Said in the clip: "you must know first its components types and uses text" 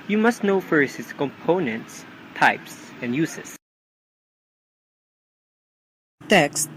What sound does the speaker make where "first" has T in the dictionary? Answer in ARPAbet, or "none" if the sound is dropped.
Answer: none